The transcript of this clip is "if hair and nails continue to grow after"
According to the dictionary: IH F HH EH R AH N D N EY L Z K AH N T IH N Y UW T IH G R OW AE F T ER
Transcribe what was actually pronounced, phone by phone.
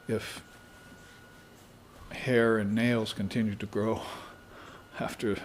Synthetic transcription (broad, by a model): IH F HH EH R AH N N EY L Z K AH N T IH N Y UW T IH G R OW AE F T ER